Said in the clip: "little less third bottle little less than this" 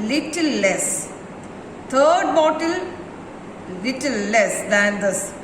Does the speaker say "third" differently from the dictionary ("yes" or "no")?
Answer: yes